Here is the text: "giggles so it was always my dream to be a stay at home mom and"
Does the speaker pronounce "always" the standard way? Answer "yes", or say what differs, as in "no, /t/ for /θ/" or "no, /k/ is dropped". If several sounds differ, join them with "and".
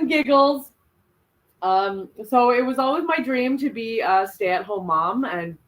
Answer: yes